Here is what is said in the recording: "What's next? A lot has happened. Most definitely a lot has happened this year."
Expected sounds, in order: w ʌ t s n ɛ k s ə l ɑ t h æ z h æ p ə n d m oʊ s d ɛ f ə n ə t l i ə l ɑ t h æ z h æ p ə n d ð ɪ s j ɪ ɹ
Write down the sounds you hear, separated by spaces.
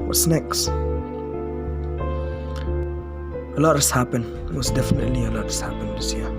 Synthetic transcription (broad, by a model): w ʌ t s n ɛ k s ə l ɑ t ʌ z h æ p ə n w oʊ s d ɛ f ə n ə t l i ə l ɑ t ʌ s h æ p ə n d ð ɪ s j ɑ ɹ